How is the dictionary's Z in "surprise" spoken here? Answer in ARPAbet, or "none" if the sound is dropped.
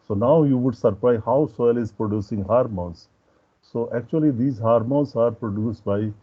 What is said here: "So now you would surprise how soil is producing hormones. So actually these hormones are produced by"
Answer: none